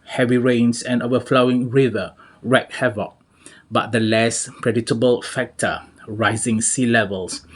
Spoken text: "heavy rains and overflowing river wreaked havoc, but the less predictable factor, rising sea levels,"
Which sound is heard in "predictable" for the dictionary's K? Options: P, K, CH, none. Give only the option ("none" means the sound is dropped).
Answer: none